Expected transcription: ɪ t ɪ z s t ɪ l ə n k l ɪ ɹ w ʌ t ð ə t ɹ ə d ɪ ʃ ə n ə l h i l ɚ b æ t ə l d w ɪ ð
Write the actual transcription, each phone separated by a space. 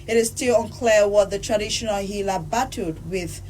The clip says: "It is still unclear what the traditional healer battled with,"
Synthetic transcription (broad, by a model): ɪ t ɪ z s t ɪ l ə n k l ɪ w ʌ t ð ə t ɹ ə d ɪ ʃ ə n ə l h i l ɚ b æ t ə d w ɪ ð